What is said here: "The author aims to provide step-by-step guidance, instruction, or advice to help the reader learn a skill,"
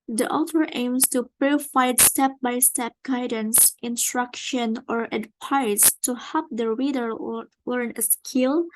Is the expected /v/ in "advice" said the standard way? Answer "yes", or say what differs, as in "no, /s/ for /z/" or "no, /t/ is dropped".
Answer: no, /p/ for /v/